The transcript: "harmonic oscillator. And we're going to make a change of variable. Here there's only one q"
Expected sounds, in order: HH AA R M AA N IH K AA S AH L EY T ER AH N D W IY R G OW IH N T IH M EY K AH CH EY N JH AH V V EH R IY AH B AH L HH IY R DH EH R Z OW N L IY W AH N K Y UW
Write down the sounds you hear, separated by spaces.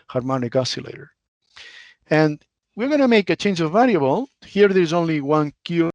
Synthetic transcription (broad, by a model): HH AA R M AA N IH K AA S AH L EY T ER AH N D W IY R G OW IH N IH M EY K AH CH EY N JH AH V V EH L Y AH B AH L HH IY R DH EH R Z OW N L IY W AH N K Y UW